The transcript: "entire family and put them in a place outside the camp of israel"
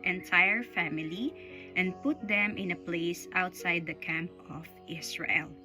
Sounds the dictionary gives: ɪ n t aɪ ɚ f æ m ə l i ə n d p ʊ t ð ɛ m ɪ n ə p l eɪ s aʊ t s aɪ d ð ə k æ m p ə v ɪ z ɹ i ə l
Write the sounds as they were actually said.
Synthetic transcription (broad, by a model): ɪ n t aɪ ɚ f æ m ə l i ə n d p ʊ t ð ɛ m ɪ n ə p l eɪ s aʊ t s aɪ d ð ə k æ m p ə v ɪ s ɹ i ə l